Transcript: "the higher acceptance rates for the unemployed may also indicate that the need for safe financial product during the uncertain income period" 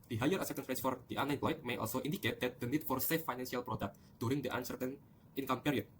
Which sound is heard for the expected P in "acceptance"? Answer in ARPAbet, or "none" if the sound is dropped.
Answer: none